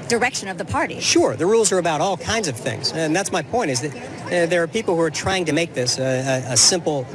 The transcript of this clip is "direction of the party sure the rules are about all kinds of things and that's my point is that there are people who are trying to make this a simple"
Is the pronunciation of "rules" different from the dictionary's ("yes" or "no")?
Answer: no